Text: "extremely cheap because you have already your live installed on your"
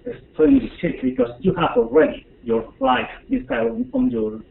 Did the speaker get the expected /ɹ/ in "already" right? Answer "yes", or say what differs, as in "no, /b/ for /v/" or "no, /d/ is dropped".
yes